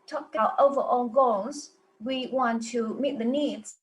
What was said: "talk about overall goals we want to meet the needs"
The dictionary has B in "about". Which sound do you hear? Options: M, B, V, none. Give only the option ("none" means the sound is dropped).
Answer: none